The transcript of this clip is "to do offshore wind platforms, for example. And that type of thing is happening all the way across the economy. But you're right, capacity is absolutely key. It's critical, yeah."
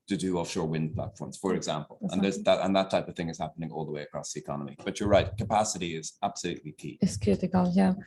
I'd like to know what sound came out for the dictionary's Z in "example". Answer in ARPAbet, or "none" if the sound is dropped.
Z